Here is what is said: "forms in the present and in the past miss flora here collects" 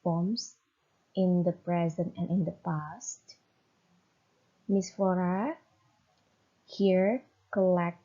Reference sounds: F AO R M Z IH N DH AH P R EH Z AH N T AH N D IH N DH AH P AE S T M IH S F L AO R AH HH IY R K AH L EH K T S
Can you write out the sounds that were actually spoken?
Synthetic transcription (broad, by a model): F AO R M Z IH N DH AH P R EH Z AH N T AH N IH N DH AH P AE S T M IH S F AO R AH HH IY R K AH L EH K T